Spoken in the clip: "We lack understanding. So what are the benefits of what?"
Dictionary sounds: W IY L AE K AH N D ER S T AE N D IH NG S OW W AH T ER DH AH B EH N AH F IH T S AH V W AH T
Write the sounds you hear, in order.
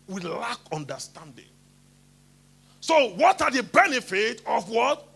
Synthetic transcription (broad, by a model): W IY L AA K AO N D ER S T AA N D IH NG S OW W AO T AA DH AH B EH N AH F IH T AH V W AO T